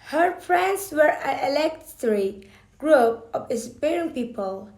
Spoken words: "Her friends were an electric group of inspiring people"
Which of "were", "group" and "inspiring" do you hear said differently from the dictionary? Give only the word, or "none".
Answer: inspiring